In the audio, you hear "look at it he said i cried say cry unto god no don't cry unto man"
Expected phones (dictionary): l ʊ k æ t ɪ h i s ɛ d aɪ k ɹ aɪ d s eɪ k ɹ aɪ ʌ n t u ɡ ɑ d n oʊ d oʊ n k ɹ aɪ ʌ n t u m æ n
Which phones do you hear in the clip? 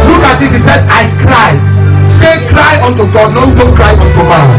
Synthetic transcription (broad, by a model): l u k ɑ t ɪ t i s ɛ d aɪ k ɹ aɪ s eɪ k ɹ aɪ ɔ n t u ɡ ɑ d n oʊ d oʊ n k ɹ aɪ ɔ n t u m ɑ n